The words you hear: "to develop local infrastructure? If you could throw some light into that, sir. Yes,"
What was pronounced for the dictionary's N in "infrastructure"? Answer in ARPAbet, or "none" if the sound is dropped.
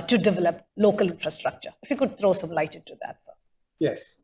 N